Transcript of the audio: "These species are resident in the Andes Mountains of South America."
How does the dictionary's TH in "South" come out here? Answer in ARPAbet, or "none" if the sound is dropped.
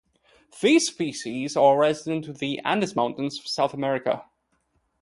TH